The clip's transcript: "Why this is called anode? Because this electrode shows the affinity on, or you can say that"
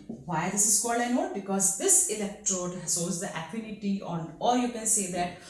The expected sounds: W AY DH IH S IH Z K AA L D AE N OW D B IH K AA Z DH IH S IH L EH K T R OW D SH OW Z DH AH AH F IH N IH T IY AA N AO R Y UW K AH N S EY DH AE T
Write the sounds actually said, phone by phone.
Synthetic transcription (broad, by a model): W AY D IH S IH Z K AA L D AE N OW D B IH K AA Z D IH S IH L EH K T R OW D S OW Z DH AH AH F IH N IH T IY AA N AO R Y UW K AH N S EY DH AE T